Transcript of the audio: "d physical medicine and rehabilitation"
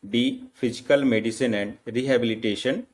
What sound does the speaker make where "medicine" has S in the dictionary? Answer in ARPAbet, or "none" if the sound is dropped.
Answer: S